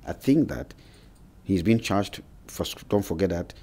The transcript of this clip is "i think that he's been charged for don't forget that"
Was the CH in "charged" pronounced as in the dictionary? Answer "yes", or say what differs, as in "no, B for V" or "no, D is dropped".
yes